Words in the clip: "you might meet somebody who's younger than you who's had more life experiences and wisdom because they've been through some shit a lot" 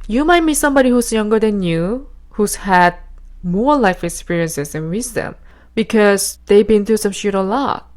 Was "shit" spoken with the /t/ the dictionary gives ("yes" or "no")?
yes